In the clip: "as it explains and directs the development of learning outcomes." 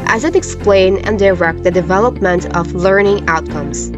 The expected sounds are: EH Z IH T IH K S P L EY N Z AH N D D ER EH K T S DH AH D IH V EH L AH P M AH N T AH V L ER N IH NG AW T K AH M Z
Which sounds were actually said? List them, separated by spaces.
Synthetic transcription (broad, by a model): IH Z IH T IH K S P L EY N AH N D D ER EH K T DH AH D IH V EH L AH P M AH N T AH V L ER N IH NG AW T K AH M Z